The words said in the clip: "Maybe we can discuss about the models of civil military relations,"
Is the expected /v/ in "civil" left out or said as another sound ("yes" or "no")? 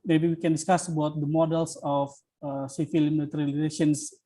yes